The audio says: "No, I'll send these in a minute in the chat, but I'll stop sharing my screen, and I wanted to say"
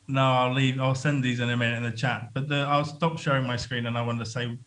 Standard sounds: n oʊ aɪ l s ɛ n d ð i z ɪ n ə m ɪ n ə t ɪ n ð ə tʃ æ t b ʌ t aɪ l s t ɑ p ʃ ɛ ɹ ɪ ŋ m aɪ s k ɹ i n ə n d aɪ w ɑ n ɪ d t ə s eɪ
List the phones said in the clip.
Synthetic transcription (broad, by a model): n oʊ aɪ l s ɛ n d ð i z ɪ n ə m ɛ ə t ɪ n ð ə tʃ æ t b ʌ t aɪ l s t ɑ p ʃ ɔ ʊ ɪ ŋ m aɪ s k ɹ i n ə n aɪ w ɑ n t ə s eɪ